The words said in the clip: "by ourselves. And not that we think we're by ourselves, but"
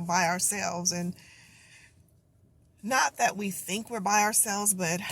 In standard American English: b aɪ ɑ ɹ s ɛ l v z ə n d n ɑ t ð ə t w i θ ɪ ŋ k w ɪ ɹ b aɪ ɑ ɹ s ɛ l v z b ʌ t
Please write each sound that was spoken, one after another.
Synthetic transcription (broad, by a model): b aɪ ɑ ɹ s ɛ l v z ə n n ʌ t ð ə t w i θ ɪ ŋ k w ɪ ɹ b aɪ ɑ ɹ s ɛ l v z b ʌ t